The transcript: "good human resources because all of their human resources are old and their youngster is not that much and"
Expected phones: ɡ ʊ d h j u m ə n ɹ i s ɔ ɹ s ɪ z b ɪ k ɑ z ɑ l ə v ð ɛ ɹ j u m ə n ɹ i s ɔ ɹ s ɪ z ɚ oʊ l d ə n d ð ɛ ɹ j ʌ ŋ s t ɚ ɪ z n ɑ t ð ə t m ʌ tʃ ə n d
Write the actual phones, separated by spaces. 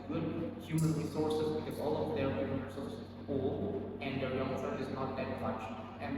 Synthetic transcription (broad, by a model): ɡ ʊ d h j u m ə n ɹ i s ɔ ɹ s ɪ z b ɪ k ɑ z ɑ l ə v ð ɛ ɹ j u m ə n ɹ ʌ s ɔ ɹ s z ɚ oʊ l ə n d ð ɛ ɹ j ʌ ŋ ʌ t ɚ ɪ z n ɑ t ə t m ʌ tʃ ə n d